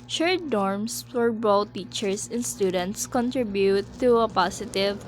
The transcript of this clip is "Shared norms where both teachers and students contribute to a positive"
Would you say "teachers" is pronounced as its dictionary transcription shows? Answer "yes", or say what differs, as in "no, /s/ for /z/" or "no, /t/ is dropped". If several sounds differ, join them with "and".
no, /s/ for /z/